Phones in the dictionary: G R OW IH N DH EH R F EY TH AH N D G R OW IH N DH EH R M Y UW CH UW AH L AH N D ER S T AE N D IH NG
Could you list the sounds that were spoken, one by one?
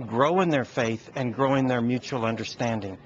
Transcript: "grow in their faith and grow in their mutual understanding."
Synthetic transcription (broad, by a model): G R OW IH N DH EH R F EY TH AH N G R OW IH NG DH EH R M Y UW CH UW L AH N D ER S T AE N D IH NG